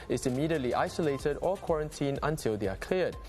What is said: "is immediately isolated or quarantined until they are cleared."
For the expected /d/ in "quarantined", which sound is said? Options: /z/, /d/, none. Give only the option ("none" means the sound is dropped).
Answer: none